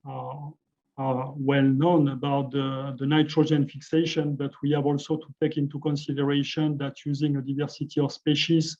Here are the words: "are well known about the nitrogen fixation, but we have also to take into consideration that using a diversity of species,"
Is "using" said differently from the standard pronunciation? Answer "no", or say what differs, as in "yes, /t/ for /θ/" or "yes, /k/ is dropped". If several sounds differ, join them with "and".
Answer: no